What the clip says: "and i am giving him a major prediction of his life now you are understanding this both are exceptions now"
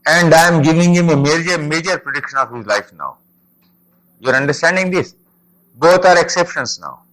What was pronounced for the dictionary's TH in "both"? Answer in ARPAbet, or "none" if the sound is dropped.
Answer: T